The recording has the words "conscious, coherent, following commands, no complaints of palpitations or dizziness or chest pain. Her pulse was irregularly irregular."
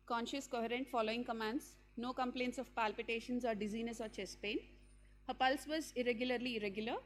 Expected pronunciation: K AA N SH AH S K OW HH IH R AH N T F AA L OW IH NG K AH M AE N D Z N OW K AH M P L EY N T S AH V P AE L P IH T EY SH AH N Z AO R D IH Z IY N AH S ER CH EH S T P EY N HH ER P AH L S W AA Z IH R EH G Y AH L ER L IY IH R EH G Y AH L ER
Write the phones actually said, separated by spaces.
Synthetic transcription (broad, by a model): K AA N SH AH S K OW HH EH R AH N T F AA L OW IH NG K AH M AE N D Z N OW K AH M P L EY N T S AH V P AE L P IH T EY SH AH N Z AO R D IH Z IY N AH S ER CH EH S P EY N HH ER P AH L S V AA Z IH R EH G Y AH L ER L IY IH R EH G Y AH L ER